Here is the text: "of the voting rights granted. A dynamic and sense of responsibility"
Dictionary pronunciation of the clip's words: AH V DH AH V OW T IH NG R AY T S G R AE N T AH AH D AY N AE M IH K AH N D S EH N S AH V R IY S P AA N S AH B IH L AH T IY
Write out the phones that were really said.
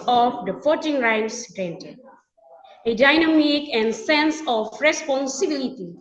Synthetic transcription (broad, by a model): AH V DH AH F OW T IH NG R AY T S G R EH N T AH AH D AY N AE M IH K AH N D S EH N S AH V R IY S P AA N S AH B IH L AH T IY